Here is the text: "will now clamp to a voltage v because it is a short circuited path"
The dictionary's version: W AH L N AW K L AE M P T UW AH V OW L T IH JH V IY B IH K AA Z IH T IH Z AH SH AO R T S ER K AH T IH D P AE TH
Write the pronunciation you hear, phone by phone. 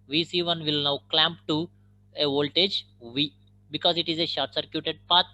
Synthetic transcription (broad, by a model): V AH L N AW K L AE M P T UW AH V OW L T IH JH V IY B IH K AA Z IH T IH Z AH SH AO R T S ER K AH T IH D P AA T